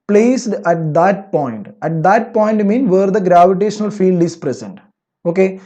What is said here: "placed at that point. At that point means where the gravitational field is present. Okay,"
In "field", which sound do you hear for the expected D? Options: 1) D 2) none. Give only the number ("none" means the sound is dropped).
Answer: 1